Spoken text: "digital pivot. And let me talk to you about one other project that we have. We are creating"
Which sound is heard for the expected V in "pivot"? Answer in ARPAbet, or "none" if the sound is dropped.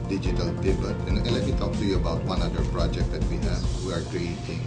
B